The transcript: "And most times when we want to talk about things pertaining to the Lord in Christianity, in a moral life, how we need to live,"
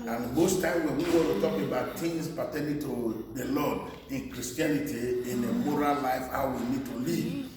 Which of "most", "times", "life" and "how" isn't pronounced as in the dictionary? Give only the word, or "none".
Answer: times